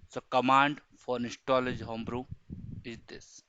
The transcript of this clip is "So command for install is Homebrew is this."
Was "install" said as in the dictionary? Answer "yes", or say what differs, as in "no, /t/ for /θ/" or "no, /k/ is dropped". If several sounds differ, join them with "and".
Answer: no, /n/ is dropped